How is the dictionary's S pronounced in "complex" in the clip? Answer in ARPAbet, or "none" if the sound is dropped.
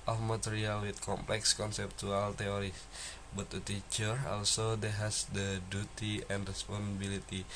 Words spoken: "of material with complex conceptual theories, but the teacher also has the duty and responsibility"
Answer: S